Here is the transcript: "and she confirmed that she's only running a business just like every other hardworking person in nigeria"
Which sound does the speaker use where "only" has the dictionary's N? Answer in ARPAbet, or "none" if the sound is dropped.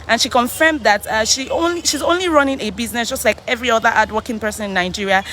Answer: N